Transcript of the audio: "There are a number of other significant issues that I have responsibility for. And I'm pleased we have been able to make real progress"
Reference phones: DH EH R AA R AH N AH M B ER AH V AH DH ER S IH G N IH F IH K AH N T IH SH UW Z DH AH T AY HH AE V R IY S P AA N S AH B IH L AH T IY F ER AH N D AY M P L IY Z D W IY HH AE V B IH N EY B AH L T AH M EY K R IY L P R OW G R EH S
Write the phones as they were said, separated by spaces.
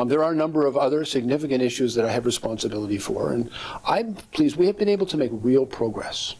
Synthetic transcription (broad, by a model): DH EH R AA R AH N AH M B ER AH V AH DH ER S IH G N IH F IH K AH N T IH SH UW Z DH AH T AY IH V R IY S P AA N S AH B IH L AH T IY F ER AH N AY P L IY Z W IY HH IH V B IH N EY B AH L T AH M EY K R IY L P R OW G R EH S